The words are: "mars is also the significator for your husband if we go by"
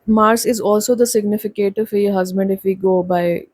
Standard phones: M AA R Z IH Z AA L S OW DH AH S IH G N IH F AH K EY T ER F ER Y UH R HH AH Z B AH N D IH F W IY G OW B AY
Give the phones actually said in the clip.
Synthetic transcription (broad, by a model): M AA R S IH Z AA L S OW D AH S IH G N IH F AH K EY T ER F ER Y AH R HH AH Z B AH N D IH F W IY G OW B AY